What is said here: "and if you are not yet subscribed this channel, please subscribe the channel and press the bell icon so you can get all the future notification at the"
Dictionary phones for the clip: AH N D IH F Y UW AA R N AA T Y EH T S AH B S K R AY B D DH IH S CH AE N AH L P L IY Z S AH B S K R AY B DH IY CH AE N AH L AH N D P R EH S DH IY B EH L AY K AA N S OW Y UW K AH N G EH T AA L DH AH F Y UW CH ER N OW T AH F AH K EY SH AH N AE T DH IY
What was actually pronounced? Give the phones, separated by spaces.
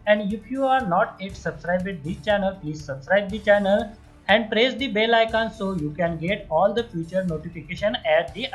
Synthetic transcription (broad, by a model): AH N D IH F Y UW AA R N AA T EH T S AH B S K R AY B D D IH CH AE N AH L P L IY Z S AH B S K R AY B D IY CH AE N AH L AH N D P R EH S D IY B EH L AY K AA N S OW Y UW K AH N G EH T AA L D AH F Y UW CH ER N OW T AH F AH K EY SH AH N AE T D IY